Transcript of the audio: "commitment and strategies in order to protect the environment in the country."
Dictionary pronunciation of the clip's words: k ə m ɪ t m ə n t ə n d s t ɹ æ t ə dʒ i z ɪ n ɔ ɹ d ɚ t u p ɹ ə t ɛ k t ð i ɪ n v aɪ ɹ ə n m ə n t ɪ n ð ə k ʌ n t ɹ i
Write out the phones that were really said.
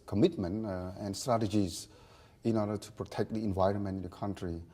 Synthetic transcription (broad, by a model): k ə m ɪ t m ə n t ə n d s t ɹ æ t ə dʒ i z ɪ n ɔ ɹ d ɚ t u p ɹ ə t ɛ k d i ɪ n v aɪ ɹ ə n m ə n t ɪ n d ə k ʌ n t ɹ i